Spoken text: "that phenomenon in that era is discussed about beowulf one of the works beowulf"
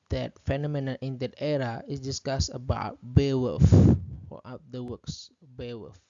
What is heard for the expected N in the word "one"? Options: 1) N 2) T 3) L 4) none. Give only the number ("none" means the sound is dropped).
4